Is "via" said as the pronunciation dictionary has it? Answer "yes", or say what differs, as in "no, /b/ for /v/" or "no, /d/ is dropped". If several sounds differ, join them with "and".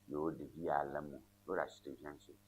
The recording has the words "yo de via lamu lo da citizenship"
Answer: no, /b/ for /v/